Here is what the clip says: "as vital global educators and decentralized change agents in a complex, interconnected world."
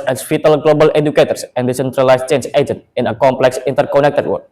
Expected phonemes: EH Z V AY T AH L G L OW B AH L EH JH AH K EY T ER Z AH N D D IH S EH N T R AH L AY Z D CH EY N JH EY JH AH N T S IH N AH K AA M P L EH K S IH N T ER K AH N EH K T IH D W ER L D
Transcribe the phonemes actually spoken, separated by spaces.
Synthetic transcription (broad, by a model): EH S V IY T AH L G L OW B AH L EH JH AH K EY T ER S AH N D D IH S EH N T R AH L AY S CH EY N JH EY JH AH N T IH N AH K AA M P L EH K S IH N T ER K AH N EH K T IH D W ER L